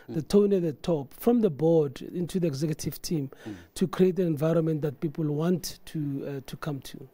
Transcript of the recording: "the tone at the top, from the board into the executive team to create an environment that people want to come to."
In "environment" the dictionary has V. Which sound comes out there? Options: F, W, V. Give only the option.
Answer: V